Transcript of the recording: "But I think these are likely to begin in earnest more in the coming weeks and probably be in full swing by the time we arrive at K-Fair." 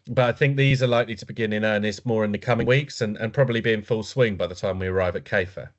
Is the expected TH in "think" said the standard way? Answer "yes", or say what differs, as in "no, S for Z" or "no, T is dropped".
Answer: yes